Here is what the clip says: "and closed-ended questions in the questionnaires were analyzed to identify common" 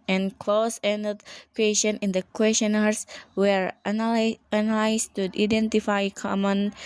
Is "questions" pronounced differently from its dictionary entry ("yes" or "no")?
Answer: yes